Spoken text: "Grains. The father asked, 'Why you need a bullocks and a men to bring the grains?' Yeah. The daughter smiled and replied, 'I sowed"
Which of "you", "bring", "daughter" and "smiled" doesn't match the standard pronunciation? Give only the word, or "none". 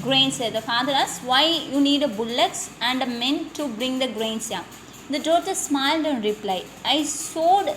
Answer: none